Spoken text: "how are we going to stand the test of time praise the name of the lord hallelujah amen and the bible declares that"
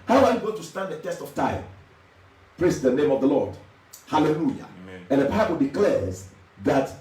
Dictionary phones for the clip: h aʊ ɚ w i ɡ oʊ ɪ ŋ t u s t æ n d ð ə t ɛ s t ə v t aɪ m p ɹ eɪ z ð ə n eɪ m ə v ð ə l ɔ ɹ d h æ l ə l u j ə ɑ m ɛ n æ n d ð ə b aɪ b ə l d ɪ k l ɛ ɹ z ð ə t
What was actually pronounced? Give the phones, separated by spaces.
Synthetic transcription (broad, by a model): h aʊ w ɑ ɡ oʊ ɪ t u s t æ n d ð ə t ɛ s t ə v t aɪ m p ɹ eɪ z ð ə n eɪ m ə v ð ə l ɔ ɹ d h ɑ l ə l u j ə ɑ ɛ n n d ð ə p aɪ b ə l d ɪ k l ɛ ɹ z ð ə t